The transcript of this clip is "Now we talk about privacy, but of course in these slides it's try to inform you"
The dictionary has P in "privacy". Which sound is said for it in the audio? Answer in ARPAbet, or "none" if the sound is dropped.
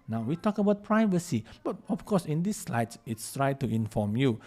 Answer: P